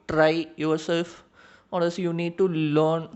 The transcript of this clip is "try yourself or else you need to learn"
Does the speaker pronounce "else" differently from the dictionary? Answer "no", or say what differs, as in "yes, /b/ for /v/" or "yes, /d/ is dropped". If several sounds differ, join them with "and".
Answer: yes, /l/ is dropped